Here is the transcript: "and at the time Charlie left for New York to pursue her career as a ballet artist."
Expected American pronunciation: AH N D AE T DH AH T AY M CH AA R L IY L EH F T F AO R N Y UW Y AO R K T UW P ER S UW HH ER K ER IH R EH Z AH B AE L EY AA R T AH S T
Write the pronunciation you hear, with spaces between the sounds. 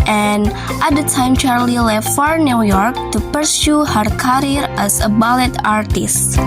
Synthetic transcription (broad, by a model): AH N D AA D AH T AY M CH AA R L IY L EH F T F AO R N Y UW Y AO R K T UW P ER S UW HH ER K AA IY R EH S AH B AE L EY AA R T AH S T